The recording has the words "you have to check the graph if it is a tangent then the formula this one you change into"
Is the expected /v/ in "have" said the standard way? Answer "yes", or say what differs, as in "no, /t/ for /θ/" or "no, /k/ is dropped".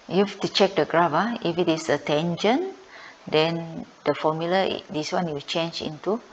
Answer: no, /f/ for /v/